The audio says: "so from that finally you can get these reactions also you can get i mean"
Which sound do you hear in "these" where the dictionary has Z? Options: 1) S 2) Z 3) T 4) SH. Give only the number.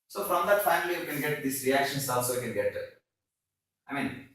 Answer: 1